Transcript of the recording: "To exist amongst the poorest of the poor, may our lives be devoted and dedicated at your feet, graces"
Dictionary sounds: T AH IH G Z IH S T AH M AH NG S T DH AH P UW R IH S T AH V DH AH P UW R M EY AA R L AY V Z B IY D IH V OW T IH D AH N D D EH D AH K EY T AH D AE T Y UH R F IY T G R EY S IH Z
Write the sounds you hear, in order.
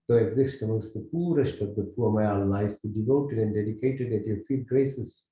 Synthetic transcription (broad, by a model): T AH IH G Z IH S T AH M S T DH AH P UW R IH S T AH V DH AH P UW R M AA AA L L AY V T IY D IH V OW T IH D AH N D D EH D AH K EY T AH D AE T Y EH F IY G R EY S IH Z